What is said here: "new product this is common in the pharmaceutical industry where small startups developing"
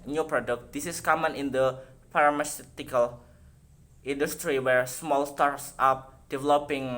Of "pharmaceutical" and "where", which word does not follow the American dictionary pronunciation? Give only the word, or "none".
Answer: pharmaceutical